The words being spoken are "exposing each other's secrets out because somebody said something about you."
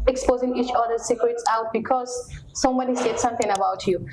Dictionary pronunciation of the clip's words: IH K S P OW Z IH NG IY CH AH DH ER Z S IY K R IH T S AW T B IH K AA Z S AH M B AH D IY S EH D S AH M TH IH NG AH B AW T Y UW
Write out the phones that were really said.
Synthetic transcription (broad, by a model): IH K S P OW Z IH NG IY CH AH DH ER S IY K R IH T S AW T B IH K AA Z S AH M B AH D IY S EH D S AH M T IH NG AH B AW T Y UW